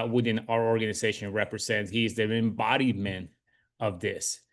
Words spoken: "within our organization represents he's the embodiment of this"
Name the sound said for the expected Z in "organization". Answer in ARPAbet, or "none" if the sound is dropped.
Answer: Z